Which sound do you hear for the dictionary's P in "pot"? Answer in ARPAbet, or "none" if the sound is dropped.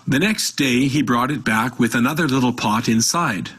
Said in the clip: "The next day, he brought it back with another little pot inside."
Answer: P